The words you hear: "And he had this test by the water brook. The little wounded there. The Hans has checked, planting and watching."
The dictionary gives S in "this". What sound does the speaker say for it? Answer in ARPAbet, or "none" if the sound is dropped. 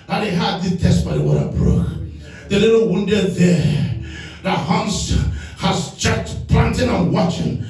none